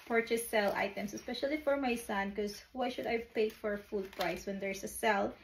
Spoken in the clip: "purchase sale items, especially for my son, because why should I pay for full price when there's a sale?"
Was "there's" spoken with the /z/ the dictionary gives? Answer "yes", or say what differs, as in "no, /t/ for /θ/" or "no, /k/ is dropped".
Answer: no, /s/ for /z/